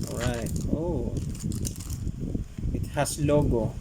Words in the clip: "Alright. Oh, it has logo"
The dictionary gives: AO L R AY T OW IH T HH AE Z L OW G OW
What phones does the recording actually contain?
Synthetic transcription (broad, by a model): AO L R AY T OW IH T HH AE S L OW G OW